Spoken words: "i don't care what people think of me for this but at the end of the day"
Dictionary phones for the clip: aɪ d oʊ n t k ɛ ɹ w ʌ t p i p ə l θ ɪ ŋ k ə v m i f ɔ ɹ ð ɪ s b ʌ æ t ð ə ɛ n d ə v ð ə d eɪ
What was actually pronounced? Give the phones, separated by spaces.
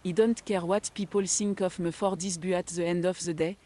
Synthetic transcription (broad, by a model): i d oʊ n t k ɛ ɹ w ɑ t p i p ə l s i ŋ k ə f m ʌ f ɔ ɹ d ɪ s b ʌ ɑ t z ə ɛ n d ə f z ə d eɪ